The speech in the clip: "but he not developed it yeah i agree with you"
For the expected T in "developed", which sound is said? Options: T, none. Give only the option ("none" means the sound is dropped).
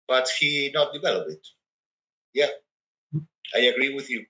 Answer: none